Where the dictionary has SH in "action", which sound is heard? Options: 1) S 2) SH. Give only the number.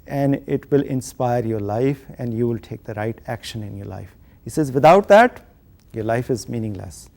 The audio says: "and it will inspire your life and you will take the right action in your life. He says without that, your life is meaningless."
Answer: 2